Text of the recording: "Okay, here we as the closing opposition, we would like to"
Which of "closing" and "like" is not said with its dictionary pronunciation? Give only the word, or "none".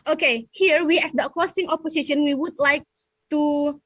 closing